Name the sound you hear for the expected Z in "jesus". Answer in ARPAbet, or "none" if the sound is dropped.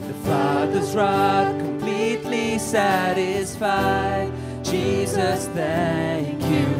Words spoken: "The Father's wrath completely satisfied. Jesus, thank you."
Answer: Z